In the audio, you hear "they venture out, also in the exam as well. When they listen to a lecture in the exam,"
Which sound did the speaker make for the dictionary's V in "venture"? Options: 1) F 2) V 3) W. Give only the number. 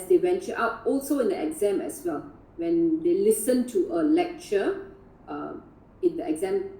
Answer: 3